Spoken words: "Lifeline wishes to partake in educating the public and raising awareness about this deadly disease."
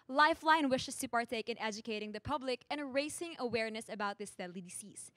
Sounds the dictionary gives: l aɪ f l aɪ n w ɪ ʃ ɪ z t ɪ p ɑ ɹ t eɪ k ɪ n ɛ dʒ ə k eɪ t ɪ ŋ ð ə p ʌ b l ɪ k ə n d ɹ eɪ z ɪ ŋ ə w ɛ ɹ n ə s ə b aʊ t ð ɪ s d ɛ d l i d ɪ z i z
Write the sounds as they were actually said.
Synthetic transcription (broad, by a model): l aɪ f l aɪ n w ɪ ʃ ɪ s t ɪ p ɑ ɹ t eɪ k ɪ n ɛ dʒ ə k eɪ t ɪ ŋ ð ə p ʌ b l ɪ k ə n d ɹ eɪ s ɪ ŋ ə w ɛ ɹ n ə s ə b aʊ t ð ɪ s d ɛ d l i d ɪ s i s